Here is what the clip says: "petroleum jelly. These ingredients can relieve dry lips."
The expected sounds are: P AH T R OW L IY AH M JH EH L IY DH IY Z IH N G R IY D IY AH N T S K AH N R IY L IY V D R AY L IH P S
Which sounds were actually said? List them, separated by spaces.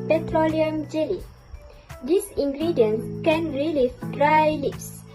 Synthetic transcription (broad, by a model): P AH T R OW L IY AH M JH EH L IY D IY S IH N G R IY D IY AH N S K AH N R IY L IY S D R AY L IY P S